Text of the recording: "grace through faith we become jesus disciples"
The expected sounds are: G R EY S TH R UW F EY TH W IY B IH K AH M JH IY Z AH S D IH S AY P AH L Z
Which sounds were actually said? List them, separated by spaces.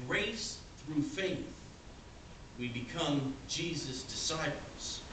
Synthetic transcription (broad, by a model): R EY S TH R UW F EY TH W IY B IH K AH M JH IY Z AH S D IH S AY P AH L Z